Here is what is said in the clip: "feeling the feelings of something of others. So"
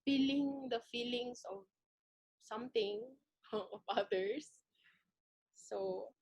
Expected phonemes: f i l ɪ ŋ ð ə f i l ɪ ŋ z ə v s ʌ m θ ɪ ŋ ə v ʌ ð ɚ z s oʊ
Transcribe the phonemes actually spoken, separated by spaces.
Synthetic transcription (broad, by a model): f i l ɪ ŋ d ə f i l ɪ ŋ s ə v s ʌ m t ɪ ŋ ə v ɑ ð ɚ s s oʊ